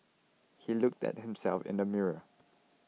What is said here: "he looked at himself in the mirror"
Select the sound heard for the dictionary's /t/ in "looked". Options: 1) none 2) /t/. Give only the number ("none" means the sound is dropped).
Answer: 2